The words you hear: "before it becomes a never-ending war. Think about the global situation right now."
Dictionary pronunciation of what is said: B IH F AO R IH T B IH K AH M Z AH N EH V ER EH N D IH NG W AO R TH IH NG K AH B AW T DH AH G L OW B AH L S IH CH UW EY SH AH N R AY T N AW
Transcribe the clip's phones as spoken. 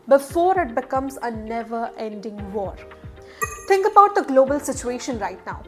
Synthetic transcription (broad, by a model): B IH F AO R IH T B IH K AH M Z AH N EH V ER EH N D IH NG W AO R T IH NG K AH B AW T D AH G L OW B AH L S IH CH UW EY SH AH N R AY T N AW